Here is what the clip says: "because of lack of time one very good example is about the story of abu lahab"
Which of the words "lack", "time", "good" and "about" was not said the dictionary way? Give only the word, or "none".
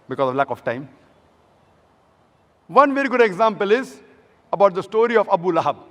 none